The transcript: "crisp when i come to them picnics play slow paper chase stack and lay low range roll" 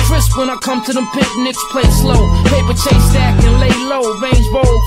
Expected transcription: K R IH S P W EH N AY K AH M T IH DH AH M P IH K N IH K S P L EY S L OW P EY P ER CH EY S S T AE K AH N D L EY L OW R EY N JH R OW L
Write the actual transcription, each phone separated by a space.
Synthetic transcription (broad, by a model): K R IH S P W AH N AY K AH M T IH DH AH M P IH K N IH K S P L EY S L OW P EY P ER CH EY S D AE K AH N L EY L OW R EY N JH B OW L